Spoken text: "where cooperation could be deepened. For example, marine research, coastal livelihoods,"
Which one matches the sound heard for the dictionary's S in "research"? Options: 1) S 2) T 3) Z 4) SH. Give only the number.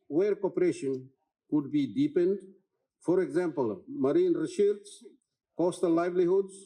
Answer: 4